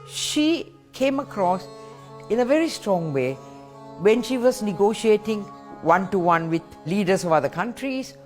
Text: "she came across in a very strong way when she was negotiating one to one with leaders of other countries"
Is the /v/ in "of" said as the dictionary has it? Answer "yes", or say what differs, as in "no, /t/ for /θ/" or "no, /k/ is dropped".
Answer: yes